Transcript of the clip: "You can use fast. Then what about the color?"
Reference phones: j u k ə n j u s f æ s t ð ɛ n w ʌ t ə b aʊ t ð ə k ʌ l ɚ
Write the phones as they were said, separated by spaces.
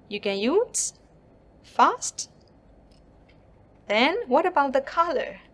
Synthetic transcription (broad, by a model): j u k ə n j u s f æ s t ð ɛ n w ʌ t ə b aʊ t ð ə k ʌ l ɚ